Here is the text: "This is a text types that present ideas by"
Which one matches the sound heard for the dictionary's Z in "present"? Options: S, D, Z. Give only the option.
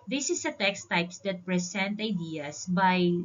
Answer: S